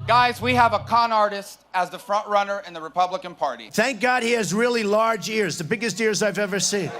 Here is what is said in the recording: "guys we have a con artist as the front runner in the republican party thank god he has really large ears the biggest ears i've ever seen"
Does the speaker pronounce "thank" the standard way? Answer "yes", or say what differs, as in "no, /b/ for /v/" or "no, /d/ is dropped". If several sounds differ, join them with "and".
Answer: yes